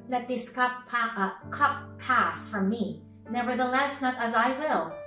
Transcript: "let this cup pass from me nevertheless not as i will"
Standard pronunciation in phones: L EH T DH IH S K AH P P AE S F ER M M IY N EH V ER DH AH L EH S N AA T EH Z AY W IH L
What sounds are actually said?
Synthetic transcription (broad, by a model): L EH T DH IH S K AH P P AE S F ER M M IY N EH V ER DH AH L EH S N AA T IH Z AY W IH L